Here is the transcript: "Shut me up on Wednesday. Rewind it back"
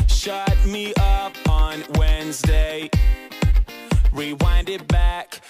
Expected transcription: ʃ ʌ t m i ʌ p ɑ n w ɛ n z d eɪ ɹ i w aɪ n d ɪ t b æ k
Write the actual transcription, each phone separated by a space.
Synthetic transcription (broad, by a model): ʃ ʌ t m i ʌ p n w ɛ n z d eɪ ɹ i w aɪ n d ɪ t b æ k